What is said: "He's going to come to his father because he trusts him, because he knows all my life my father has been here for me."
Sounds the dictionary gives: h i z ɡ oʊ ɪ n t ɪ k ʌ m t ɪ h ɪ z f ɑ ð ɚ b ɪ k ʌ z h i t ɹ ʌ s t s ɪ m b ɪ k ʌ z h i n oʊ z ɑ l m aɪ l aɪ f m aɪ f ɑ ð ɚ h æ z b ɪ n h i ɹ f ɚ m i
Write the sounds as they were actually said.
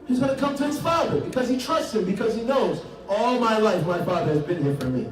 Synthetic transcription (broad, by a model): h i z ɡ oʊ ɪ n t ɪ k ʌ m t ɪ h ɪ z f ɑ ð ɚ b ɪ k ʌ z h i t ɹ ʌ s t s ɪ m b ɪ k ʌ z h i n oʊ z ɑ l m aɪ l aɪ f m aɪ f ɑ ð ɚ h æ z b ɪ n h i ɹ f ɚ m i